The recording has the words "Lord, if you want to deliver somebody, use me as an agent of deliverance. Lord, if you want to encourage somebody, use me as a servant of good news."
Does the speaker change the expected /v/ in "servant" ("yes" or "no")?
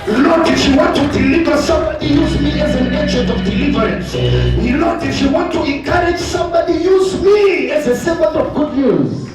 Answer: yes